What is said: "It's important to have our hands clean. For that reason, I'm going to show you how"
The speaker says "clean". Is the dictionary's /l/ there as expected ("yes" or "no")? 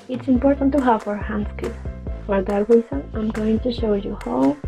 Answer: no